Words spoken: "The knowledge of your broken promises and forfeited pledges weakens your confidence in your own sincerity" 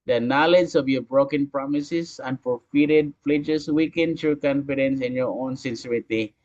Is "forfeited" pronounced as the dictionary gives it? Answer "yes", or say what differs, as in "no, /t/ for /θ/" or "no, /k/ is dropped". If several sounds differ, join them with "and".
no, /l/ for /ɹ/